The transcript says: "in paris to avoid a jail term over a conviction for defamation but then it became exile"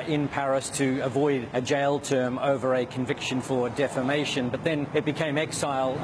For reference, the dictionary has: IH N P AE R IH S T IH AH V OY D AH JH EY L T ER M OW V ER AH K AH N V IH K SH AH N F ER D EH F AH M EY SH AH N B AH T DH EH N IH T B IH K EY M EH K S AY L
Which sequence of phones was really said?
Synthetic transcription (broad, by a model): IH N P AE R IH S T IH AH V OY D AH JH EY L T ER M OW V ER AH K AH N V IH K SH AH N F ER D EH F AH M EY SH AH N B AH T DH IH N IH T B IH K EY M EH K S AY L